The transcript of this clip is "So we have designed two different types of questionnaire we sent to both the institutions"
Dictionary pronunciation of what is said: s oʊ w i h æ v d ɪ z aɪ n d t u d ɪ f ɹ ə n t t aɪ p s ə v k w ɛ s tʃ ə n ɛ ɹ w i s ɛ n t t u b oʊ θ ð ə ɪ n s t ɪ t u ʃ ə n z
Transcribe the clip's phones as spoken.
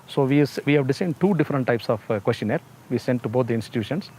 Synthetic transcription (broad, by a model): s oʊ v i h æ v d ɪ s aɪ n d t u d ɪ f ɹ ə n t t aɪ p s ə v k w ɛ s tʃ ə n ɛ ɹ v i s ɛ n t t u b oʊ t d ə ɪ n s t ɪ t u ʃ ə n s